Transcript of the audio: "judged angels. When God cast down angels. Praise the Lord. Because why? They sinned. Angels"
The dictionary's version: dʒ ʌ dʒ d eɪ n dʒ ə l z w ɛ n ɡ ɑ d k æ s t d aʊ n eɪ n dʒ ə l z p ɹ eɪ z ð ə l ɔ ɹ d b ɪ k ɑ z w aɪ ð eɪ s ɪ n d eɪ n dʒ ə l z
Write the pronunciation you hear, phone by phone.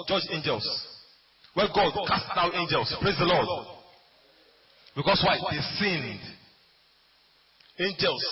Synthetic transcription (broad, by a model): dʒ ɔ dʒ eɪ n dʒ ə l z w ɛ ɡ ɑ d k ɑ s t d aʊ eɪ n dʒ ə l s p ɹ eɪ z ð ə l ɔ d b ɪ k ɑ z w aɪ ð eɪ s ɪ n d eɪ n dʒ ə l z